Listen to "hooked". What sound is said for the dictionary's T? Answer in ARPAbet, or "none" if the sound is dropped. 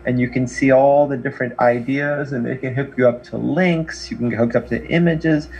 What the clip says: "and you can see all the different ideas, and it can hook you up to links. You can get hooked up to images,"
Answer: none